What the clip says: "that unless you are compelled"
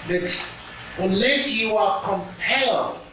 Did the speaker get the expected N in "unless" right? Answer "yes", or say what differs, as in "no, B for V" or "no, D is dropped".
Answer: no, N is dropped